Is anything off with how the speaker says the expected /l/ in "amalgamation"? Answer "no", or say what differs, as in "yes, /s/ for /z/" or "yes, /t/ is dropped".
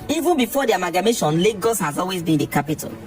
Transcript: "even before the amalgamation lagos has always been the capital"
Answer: yes, /l/ is dropped